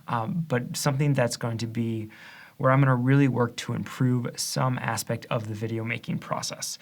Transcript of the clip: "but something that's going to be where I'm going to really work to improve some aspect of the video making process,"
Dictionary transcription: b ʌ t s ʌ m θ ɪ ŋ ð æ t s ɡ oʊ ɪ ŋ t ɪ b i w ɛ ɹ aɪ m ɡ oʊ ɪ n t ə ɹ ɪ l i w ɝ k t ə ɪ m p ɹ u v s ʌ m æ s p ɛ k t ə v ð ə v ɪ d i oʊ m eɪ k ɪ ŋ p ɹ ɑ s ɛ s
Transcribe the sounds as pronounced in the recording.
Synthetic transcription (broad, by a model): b ʌ t s ʌ m θ ɪ ŋ ð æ t s ɡ oʊ ɪ ŋ t ɪ b i w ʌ ɹ aɪ m ɡ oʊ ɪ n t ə ɹ ɪ l i w ɝ k t ə ɪ m p ɹ u v s ʌ m æ s p ɛ k t ə v ð ə v ɪ d i oʊ m eɪ k ɪ ŋ p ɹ ɑ s ɛ s